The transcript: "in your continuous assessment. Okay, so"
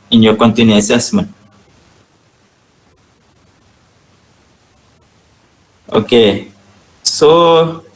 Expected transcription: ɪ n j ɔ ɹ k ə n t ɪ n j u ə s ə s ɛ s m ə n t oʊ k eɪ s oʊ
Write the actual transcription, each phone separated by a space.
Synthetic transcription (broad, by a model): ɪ n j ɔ k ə n t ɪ n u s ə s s m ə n oʊ k eɪ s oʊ